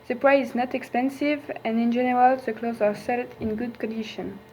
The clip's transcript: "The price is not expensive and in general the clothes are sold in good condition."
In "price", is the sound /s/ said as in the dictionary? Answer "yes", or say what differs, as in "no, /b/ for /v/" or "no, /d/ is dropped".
no, /s/ is dropped